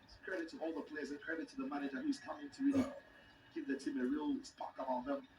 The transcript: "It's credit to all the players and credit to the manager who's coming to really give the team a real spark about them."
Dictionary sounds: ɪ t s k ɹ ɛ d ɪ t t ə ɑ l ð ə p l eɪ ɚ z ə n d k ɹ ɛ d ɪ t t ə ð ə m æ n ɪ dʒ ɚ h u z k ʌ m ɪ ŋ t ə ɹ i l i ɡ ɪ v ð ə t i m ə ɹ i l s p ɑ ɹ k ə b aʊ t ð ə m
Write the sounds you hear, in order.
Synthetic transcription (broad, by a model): k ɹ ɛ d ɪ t t ə ɑ l ð ə p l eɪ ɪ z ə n k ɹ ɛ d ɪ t t ə ð ə m æ n ɪ dʒ ɚ h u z k ʌ m ɪ ŋ t ə ɹ i l i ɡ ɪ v ð ə t i m ə ɹ i l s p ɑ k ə aʊ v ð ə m